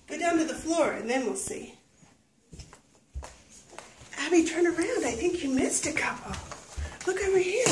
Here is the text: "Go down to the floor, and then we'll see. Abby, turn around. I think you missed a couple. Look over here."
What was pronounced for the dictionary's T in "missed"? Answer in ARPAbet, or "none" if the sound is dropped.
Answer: T